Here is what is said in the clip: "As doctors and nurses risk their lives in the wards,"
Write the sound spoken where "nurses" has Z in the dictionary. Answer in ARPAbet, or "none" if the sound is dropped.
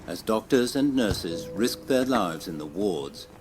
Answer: Z